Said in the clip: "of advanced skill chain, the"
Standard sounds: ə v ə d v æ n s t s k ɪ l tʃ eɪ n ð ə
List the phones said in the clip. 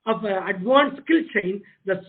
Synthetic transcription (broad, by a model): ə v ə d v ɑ n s s k ɪ l tʃ eɪ n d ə